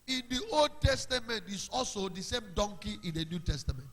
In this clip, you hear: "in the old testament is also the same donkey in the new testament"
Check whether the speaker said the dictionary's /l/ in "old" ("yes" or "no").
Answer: yes